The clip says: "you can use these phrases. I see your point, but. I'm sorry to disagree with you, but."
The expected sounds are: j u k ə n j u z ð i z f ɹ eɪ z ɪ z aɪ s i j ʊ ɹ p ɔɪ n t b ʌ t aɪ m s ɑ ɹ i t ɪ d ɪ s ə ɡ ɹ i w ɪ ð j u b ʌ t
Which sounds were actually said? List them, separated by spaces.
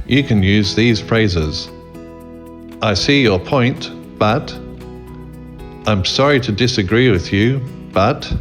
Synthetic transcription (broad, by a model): j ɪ k ə n j u z ð i z f ɹ eɪ z ɪ z aɪ s i j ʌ ɹ p ɔɪ n t b ʌ t aɪ m s ɑ ɹ i t ɪ d ɪ s ə ɡ ɹ i w ɪ ð j u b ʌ t